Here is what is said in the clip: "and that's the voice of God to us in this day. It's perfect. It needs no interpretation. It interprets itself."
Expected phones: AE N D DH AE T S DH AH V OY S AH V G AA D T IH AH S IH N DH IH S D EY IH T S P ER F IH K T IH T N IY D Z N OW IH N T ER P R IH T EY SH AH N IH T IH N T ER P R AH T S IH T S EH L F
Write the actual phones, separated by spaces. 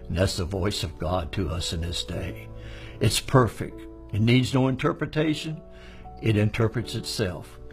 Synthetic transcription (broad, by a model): N DH AE T S DH AH V OY S AH V G AA D T IH AH S IH N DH IH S D EY IH T S P ER F IH K T IH T N IY D Z N OW IH N T ER P R IH T EY SH AH N IH T IH N T ER P R AH T S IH T S EH L F